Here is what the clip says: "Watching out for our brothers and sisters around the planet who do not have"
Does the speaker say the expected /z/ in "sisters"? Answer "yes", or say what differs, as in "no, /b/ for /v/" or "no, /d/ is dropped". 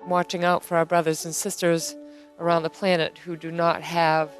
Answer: yes